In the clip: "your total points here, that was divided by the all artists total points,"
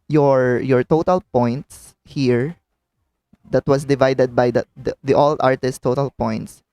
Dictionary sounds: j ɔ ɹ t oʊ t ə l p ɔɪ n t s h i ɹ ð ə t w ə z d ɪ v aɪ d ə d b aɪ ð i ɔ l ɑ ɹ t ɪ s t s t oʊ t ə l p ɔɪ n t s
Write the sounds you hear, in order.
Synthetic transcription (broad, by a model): j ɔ ɹ t oʊ t ə l p ɔɪ n t s h i ɹ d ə t w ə s d ɪ v aɪ d ə d b aɪ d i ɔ l ɑ ɹ t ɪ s s t oʊ t ə l p ɔɪ n t s